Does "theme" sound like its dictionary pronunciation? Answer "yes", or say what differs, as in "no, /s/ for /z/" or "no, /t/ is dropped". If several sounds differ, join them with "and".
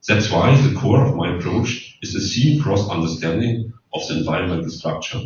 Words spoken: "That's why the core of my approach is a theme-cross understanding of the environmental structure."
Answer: no, /s/ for /θ/